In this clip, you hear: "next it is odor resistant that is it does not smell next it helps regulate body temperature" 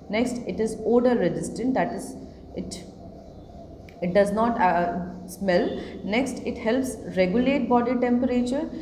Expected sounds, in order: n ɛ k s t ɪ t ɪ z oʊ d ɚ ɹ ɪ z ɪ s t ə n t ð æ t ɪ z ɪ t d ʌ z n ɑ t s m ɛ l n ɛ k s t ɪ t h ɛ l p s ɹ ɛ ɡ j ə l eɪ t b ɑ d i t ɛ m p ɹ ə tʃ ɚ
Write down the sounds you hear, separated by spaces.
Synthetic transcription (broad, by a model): n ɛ k s t ɪ t ɪ z oʊ d ɚ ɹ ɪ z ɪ s t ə n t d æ t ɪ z ɪ t d ʌ z n ɑ t s m ɛ l n ɛ k s t ɪ t h ɛ l p s ɹ ɛ ɡ j ə l eɪ t b ɑ d i t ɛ m p ɹ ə tʃ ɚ